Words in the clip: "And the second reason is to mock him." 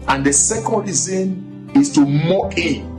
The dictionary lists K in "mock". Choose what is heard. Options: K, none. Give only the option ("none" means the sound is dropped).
none